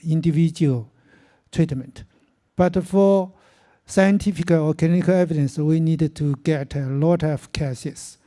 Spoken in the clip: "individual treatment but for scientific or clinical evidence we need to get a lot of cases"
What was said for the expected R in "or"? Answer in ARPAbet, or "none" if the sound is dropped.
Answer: L